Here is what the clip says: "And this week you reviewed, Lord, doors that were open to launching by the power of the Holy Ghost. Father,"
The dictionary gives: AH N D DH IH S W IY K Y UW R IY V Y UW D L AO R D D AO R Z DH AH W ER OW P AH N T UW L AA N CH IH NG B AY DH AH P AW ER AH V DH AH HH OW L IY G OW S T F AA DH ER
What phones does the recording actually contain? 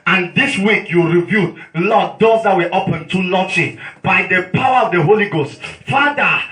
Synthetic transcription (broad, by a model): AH N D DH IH S W IY K Y UW R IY V Y UW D L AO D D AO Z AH W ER OW P AH N T UW L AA CH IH B AY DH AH P AW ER AH V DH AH HH OW L IY G OW S T F AA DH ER